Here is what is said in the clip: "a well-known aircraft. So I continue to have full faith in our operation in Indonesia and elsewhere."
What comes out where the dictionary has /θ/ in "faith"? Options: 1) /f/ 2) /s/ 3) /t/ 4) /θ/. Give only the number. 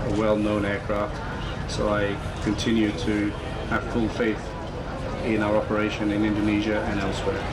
4